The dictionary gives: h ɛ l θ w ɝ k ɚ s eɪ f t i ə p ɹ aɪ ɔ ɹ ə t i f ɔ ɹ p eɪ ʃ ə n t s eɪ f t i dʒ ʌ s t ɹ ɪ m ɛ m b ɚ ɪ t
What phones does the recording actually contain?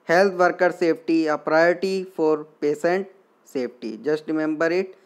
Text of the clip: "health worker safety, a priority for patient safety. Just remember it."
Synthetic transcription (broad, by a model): h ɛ l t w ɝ k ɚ s eɪ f t i ə p ɹ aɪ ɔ ɹ t i f ɔ ɹ p eɪ s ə n t s eɪ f t i dʒ ʌ s t ɹ ɪ m ɛ m b ɚ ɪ t